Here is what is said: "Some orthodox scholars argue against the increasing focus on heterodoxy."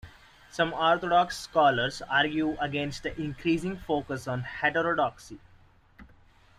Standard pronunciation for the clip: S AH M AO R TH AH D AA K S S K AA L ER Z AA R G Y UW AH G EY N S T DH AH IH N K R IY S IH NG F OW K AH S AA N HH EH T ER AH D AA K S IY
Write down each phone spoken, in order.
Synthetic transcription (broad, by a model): S AH M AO R T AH D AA K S S K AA L ER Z AA R G Y UW AH G EY N S T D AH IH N K R IY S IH NG F OW K AH S AA N HH EH T ER AH D AA K S IY